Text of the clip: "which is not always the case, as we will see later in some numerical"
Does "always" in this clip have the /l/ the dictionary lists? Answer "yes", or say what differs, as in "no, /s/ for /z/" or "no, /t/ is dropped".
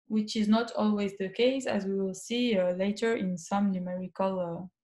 yes